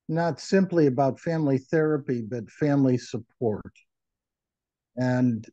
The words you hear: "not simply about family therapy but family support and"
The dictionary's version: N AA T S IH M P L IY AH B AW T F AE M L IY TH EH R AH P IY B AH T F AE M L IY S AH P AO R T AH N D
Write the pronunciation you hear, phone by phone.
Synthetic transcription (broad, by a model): N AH T S IH M P L IY AH B AW T F AE M L IY TH EH R AH P IY B AH T F AE M L IY S AH P AO R T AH N